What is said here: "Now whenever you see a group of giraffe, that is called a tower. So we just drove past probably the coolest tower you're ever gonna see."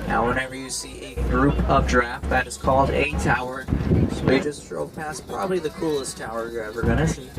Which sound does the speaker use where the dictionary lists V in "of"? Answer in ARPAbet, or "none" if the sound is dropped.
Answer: V